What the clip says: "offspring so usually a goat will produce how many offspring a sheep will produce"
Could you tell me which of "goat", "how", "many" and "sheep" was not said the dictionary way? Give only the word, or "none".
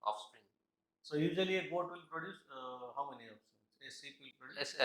sheep